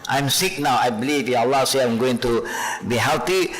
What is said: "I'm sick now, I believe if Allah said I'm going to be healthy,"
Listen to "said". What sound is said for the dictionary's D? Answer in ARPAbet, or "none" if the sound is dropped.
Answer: none